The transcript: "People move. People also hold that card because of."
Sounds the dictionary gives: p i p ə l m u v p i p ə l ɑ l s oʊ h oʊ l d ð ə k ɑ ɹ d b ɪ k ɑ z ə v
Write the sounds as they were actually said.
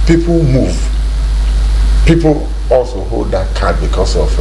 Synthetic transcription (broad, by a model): p i p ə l m u v p i p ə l ɑ l s oʊ h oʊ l d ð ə k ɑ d b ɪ k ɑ s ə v